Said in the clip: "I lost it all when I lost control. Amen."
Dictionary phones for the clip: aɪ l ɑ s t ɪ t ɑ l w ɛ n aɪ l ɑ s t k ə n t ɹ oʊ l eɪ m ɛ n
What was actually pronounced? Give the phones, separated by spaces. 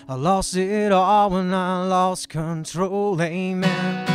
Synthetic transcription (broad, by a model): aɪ l ɑ s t ɪ t ɑ l w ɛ n aɪ l ɑ s k ə n t ɹ oʊ l eɪ m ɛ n